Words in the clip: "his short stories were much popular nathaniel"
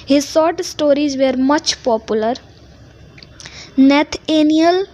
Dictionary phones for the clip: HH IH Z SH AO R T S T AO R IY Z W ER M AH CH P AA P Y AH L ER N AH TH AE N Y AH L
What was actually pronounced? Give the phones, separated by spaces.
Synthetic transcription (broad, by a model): HH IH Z S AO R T S T AO R IY Z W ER M AH CH P AA P Y AH L ER N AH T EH N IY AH L